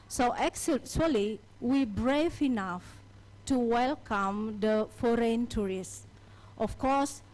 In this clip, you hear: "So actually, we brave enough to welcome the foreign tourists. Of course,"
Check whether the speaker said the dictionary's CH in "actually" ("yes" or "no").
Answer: no